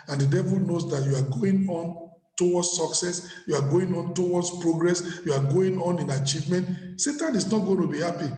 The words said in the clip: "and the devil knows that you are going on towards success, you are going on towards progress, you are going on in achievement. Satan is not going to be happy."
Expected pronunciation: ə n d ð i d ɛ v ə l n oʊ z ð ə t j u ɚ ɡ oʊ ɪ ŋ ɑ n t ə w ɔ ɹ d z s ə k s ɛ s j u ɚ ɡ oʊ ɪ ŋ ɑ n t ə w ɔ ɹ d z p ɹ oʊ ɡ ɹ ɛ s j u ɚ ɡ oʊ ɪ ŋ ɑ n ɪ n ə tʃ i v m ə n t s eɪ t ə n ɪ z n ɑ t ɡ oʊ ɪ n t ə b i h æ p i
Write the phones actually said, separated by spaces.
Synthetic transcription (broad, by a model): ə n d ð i d ɛ v ə l n oʊ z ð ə t j u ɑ ɡ oʊ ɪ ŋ ɑ n t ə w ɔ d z s ə k s ɛ s j u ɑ ɡ oʊ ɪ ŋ ɑ n t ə w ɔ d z p ɹ oʊ ɡ ɹ ɛ s j u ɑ ɡ oʊ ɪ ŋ ɑ n ɪ n ə tʃ i v m ə n t s eɪ t ə n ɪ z n ɑ t ɡ oʊ ɪ n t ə b i h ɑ p i